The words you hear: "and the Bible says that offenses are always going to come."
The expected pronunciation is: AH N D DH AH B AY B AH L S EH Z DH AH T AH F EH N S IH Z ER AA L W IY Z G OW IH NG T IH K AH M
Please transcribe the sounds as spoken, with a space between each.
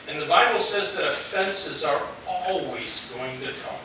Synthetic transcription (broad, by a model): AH N DH AH B AY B L S EH Z DH AH T AH F EH N S IH Z ER AA L W IY Z G OW IH NG T IH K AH M